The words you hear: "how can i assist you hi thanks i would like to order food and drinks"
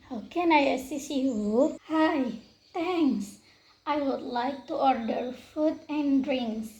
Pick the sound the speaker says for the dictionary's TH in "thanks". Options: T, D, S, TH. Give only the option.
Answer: T